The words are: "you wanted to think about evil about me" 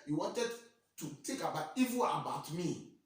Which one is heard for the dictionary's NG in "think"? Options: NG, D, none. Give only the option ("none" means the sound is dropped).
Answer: none